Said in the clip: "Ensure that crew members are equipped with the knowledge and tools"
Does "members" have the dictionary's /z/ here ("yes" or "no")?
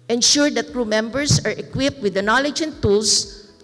no